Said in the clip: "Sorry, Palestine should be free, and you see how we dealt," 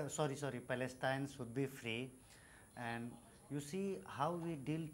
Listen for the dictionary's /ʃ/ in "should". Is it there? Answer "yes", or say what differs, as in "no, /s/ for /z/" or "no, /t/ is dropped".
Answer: no, /s/ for /ʃ/